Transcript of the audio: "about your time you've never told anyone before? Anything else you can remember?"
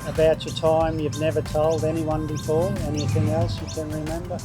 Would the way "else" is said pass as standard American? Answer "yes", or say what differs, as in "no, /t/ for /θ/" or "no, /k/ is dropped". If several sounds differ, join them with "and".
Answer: yes